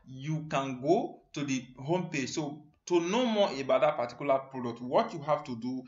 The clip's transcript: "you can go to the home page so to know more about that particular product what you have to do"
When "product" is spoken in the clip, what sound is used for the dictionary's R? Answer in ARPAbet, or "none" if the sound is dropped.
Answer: R